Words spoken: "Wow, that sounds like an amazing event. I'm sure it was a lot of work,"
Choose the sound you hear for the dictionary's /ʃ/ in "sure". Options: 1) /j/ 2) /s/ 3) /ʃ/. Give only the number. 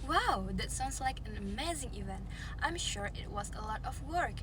3